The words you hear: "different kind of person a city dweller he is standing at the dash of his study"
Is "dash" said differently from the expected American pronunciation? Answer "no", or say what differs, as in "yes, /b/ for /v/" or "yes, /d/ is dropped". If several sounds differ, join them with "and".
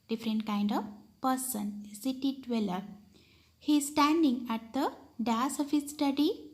yes, /s/ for /ʃ/